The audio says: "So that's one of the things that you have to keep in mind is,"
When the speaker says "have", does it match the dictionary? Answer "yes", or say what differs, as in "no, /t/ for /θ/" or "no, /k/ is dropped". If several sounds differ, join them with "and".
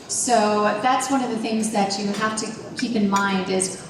no, /f/ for /v/